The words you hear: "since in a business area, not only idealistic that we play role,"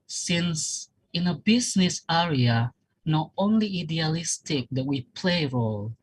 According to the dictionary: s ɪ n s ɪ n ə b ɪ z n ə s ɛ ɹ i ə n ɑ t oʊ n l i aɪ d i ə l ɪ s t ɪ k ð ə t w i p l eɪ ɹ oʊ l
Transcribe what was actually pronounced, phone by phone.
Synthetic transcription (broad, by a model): s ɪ n s ɪ n ə b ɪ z n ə s ɛ ɹ i ə n ɑ t oʊ n l i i d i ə l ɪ s t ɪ k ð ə t w i p l eɪ ɹ oʊ l